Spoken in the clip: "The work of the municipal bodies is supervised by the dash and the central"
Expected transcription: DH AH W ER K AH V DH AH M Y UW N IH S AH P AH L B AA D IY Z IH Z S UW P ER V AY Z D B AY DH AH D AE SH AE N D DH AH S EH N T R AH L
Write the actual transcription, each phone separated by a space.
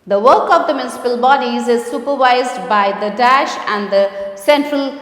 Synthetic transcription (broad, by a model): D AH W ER K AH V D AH M Y UW N IH S AH P AH L B AA D IY Z IH Z S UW P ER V AY Z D B AY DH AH D AE SH AE N D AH S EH N T R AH L